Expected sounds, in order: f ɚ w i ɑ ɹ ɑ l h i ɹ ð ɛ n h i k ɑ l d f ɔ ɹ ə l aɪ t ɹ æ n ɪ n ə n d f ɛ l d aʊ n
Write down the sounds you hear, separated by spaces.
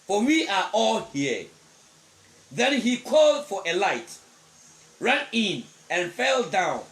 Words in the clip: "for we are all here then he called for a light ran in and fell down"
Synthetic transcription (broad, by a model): f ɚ w i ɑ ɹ ɑ l h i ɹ ð ɛ n h i k ɑ l d f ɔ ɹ ə l aɪ t ɹ æ n ɪ n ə n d f ɛ l d aʊ n